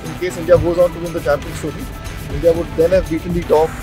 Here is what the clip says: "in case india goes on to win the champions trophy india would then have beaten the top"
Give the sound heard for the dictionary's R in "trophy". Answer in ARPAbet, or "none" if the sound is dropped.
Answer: none